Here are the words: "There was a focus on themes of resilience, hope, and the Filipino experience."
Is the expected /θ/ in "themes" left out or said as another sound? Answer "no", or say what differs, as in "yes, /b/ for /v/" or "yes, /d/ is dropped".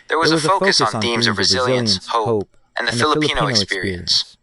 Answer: no